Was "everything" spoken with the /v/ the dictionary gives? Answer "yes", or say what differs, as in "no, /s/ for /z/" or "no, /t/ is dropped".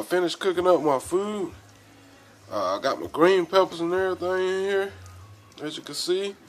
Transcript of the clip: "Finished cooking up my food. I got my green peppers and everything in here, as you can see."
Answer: no, /v/ is dropped